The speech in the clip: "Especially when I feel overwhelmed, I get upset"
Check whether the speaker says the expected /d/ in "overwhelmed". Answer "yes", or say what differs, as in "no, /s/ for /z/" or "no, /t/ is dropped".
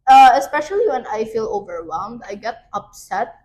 yes